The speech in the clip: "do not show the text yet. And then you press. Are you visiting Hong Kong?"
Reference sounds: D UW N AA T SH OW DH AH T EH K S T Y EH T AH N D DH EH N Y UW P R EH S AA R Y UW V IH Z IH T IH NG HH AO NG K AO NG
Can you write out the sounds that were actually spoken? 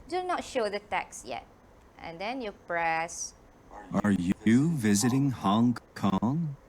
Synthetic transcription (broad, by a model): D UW N AA T SH OW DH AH T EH K S Y EH T AH N D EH N Y UW P R EH S AA R Y UW V IH Z IH T IH NG HH AO NG K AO NG